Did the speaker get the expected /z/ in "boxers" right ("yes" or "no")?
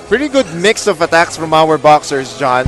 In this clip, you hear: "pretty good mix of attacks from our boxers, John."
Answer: no